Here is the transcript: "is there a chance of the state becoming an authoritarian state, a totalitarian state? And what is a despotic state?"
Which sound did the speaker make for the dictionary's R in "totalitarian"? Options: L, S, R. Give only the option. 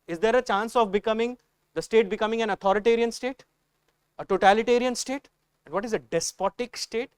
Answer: R